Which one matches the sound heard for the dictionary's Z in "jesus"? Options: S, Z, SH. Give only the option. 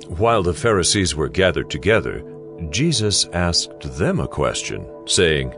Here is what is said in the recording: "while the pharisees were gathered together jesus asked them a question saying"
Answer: Z